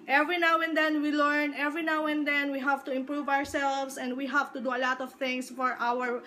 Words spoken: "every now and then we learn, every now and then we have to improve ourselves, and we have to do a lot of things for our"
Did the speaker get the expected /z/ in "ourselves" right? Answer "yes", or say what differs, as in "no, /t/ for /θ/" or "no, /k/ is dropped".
no, /s/ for /z/